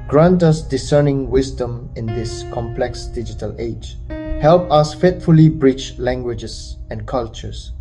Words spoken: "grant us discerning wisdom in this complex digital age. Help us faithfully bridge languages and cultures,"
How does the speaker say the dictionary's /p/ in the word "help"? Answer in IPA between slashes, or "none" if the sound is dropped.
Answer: /p/